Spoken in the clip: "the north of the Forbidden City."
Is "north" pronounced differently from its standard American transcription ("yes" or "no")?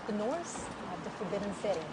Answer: yes